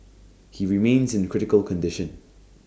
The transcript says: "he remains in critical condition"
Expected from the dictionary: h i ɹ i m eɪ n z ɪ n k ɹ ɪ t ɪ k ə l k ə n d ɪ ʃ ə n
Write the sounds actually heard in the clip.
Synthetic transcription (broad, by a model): h i ɹ i m eɪ n z ɪ n k ɹ ɪ t ɪ k ə l k ə n d ɪ ʃ ə n